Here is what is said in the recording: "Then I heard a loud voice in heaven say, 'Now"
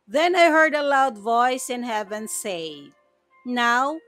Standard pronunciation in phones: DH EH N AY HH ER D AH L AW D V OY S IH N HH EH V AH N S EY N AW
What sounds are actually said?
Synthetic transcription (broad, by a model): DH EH N AY HH ER D AH L AW D V OY S IH N HH EH V AH N S EY N AW